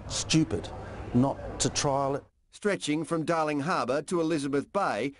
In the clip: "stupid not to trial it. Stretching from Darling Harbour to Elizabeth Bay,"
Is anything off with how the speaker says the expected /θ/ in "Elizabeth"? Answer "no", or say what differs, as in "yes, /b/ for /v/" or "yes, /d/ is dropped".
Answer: no